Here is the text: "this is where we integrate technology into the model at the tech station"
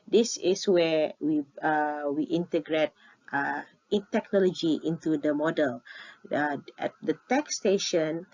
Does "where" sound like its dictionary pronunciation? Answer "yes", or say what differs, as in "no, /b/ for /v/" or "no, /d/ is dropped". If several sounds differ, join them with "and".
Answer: no, /w/ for /ɹ/